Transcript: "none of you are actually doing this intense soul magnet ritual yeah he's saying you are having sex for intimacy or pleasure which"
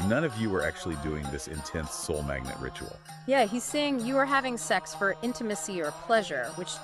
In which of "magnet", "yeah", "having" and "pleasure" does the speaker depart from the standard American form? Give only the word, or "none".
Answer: none